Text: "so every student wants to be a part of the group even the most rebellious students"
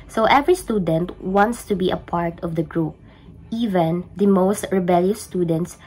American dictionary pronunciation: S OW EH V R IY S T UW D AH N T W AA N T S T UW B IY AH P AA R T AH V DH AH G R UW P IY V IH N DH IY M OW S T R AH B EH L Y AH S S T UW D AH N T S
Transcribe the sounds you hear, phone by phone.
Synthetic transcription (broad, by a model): S OW EH V R IY S T UW D AH N T W AA N T S T UW B IY AH P AA R T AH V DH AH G R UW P IY V IH N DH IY M OW S T R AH B EH L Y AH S S T UW D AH N T S